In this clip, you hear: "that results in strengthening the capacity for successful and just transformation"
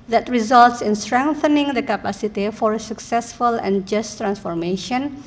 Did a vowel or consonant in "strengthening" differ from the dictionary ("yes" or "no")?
no